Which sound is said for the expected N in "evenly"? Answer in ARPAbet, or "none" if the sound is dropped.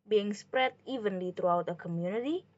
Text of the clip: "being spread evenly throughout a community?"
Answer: N